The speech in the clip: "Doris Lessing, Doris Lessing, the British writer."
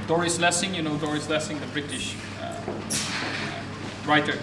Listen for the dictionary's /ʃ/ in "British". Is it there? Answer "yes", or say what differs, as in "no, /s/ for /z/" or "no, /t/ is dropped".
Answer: yes